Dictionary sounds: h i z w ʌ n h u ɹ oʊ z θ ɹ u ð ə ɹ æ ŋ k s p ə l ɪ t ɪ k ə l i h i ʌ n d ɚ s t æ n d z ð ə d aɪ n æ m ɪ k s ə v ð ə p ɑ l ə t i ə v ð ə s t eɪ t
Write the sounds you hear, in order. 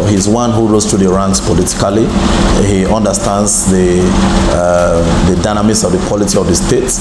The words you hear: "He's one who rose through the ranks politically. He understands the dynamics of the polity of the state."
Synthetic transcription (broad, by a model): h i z w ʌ n h u ɹ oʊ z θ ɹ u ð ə ɹ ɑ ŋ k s p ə l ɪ t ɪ k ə l i h i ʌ n d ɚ s t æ n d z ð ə d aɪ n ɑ m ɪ s ə v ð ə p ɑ l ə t i ə v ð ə s t eɪ t